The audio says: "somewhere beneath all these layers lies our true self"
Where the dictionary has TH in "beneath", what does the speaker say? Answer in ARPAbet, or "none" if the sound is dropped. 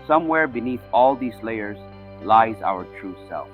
TH